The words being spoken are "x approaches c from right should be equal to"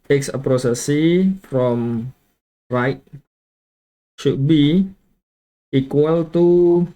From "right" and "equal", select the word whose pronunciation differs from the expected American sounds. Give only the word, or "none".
none